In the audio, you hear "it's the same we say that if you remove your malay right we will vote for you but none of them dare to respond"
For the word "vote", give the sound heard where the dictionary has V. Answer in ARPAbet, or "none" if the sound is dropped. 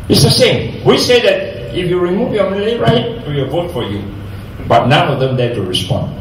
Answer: V